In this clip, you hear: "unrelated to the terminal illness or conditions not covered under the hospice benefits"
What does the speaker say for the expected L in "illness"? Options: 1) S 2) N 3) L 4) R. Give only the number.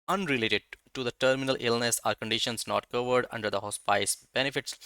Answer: 3